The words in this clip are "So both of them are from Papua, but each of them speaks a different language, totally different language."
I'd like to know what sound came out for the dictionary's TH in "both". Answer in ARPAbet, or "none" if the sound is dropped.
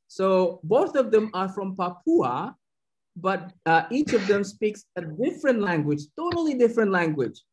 TH